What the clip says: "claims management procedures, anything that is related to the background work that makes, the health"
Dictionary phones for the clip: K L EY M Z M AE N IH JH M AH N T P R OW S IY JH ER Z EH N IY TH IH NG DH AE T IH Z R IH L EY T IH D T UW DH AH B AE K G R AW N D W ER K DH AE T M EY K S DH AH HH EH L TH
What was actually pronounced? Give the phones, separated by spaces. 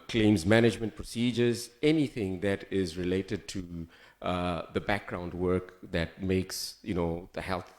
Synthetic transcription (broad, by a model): K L EY M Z M AE N IH JH M AH N T P R OW S IY JH ER Z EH N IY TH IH NG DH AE T IH Z R IH L EY T IH D T UW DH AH B AE K G R AW N D W ER K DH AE T M EY K S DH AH HH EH L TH